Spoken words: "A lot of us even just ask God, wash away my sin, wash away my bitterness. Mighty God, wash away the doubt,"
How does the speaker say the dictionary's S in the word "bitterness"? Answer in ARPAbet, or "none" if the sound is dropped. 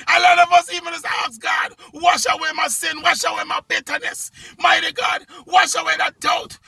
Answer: S